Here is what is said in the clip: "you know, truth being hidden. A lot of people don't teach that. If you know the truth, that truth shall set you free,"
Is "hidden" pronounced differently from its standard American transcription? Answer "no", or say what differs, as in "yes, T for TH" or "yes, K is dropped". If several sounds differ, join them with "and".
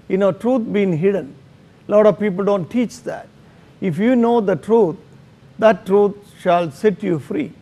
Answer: no